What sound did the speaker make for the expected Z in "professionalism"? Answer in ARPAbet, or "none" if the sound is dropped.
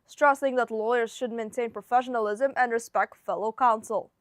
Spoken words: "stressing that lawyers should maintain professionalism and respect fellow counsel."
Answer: Z